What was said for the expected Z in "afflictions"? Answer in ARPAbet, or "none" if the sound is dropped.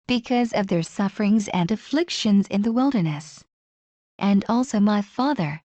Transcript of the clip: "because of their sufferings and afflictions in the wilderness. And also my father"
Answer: Z